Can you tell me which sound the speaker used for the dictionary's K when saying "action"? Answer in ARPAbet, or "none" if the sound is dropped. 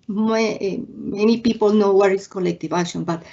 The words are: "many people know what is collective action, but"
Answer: none